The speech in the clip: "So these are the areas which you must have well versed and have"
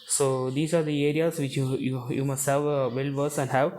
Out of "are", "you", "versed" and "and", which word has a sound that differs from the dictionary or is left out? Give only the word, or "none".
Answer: versed